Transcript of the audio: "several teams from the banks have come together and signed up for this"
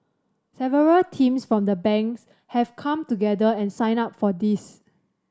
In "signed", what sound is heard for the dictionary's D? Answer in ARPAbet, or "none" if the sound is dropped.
none